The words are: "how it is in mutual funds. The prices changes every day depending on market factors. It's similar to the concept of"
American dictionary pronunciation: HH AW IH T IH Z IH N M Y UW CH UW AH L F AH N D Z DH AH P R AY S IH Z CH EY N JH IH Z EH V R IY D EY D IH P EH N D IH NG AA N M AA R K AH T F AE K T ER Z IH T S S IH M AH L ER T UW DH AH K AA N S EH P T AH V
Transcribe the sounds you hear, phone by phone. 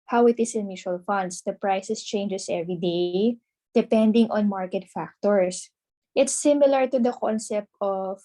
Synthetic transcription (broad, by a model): HH AW IH T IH S IH N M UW SH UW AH L F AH N D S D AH P R AY S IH S CH EY N JH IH S EH V R IY D EY D IH P EH N D IH NG AA N M AA R K AH T F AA K T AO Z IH T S S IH M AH L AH T UW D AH K AA N S EH P T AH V